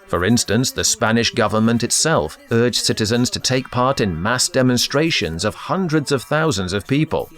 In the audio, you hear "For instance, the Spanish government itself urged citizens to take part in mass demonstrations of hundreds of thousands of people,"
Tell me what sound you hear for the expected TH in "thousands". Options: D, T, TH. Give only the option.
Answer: TH